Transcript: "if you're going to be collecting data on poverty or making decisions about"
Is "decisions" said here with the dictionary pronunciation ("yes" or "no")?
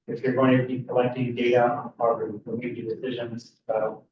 yes